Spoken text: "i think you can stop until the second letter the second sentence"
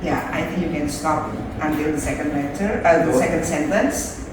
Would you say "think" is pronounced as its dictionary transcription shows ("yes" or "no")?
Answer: yes